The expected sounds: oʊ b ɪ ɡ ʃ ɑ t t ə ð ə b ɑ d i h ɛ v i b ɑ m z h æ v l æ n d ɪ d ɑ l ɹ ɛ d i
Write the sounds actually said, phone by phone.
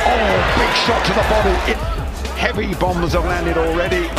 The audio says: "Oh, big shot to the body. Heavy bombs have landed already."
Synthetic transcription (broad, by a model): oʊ b ɪ ɡ ʃ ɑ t t ə ð ə b ɑ d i h ɛ v i b ɑ m z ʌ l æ n d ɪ d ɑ l ɹ ɛ d i